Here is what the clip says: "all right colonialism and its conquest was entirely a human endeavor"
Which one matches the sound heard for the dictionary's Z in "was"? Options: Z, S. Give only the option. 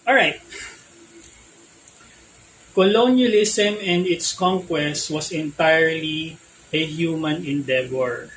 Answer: S